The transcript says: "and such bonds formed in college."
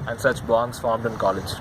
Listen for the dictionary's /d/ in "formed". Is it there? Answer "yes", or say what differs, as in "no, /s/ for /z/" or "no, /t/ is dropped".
yes